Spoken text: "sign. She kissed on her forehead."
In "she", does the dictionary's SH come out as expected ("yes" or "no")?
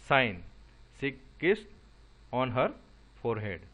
no